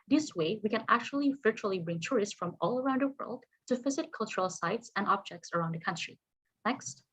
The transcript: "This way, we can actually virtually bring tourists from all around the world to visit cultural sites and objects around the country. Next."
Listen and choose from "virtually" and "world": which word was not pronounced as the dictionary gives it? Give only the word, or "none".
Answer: none